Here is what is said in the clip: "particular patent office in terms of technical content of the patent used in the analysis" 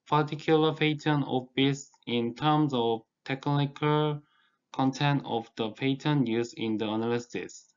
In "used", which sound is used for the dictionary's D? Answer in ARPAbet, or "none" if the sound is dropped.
none